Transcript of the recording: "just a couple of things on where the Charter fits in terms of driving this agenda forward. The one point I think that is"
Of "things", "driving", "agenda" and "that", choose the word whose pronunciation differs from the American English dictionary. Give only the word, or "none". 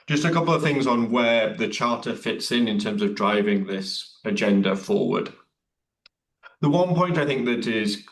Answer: none